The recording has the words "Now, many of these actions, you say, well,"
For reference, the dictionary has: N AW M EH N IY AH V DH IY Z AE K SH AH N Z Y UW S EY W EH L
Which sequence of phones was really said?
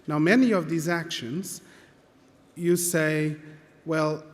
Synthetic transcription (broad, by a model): N AW M EH N IY AH V DH IY Z AE K SH AH N Z Y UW S EY W EH L